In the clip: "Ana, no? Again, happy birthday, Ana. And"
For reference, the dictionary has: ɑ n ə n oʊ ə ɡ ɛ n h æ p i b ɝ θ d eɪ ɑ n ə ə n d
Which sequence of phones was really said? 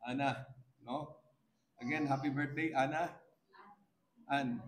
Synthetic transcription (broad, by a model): ɑ n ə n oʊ ə ɡ ɛ n h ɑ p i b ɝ t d eɪ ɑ n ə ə n